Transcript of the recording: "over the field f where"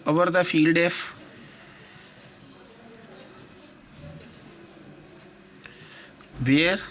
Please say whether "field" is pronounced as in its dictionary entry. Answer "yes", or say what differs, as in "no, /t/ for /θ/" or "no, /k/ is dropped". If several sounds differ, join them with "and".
yes